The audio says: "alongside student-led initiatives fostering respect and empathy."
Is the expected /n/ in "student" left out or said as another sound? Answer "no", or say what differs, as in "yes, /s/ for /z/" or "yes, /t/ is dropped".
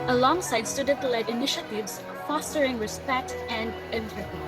yes, /n/ is dropped